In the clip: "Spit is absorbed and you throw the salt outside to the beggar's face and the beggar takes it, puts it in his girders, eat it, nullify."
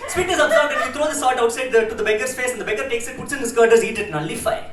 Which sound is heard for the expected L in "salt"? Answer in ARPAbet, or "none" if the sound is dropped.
none